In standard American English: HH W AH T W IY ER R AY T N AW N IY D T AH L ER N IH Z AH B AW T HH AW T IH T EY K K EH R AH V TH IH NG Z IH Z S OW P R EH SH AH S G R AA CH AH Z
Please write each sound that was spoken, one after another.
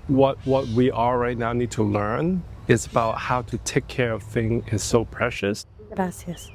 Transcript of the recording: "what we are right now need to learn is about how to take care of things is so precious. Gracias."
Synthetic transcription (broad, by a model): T W AH T W IY ER R AY T N AW N IY D T AH L ER N IH Z AH B AW T HH AW T IH T EY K K EH R AH V TH IH NG IH Z S OW P R EH SH AH S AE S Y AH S